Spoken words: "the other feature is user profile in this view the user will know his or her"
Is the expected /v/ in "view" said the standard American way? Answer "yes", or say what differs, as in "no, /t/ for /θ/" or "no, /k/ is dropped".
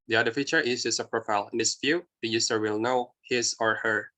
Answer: no, /f/ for /v/